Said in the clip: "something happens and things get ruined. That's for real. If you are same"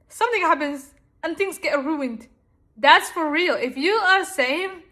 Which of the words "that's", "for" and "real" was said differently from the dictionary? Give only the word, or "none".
none